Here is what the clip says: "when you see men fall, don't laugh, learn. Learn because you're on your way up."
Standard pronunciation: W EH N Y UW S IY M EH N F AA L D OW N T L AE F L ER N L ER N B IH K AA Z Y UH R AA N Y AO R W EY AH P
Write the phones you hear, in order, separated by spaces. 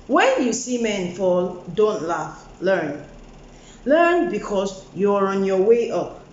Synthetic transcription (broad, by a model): W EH N Y UW S IY M EH N F AA L D OW N T L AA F L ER N L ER N B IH K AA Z Y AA R AA N Y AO W EY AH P